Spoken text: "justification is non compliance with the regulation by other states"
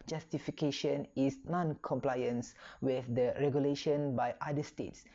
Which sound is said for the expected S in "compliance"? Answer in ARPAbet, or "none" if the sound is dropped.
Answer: S